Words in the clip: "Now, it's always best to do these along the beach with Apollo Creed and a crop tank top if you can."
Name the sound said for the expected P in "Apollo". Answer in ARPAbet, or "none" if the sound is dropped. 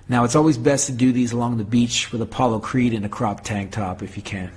P